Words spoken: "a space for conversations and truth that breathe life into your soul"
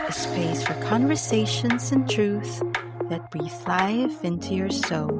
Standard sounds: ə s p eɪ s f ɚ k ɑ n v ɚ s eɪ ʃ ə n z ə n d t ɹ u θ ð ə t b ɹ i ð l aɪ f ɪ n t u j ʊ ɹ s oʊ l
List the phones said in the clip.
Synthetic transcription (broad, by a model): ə s p eɪ s f ɚ k ɑ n v ɚ s eɪ ʃ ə n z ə n t ɹ u θ ð ə t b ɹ i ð l aɪ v ɪ n t u j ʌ ɹ s oʊ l